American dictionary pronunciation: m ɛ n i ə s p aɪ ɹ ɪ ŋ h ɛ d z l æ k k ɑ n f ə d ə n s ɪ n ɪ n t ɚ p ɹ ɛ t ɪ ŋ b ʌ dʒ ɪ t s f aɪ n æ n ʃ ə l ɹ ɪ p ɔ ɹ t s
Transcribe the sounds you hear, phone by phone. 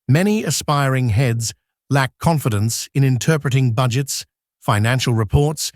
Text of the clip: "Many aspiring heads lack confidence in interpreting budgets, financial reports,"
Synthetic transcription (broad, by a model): m ɛ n i ə s p aɪ ɹ ɪ ŋ h ɛ d z l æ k k ɑ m f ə d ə n s ɪ n ɪ n t ɚ p ɹ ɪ t ɪ ŋ b ʌ dʒ ɪ t s f aɪ n æ n ʃ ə l ɹ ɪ p ɔ ɹ t s